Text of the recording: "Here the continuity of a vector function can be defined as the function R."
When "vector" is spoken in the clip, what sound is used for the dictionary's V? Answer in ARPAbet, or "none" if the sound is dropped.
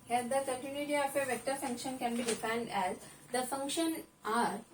V